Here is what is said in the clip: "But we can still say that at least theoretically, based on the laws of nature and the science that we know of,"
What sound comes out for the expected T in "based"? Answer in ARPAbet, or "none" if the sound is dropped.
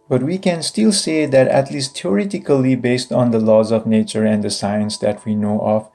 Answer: T